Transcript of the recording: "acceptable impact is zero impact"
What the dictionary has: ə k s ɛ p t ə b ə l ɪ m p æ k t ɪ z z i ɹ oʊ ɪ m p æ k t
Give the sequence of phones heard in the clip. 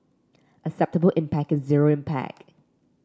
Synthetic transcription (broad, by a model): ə s ɛ p t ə b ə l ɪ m p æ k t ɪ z z i ɹ oʊ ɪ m p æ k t